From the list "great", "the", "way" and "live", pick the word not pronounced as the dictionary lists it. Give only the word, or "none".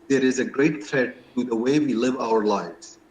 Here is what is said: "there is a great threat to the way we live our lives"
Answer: none